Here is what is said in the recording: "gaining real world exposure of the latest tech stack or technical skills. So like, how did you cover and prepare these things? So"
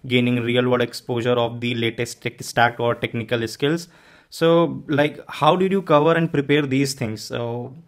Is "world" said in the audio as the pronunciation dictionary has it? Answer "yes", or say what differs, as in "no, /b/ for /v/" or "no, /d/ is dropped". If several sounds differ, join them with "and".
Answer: no, /l/ is dropped